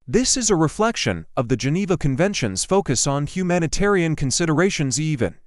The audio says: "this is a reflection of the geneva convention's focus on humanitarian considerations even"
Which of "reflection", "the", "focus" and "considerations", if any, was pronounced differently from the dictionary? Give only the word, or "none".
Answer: none